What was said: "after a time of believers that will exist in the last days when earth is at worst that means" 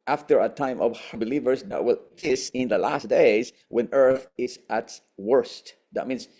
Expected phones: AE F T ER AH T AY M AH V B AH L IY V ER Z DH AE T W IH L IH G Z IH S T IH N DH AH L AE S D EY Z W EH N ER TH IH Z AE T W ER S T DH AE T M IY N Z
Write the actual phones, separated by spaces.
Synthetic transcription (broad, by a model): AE F T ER AH T AY M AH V B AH L IY V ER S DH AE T W IH L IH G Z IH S IH N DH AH L AE S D EY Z W EH N ER TH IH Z AE T W ER S T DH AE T M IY N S